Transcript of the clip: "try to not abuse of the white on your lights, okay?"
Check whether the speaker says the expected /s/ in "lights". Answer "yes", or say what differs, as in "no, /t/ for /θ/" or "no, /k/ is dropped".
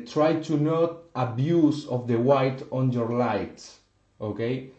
no, /s/ is dropped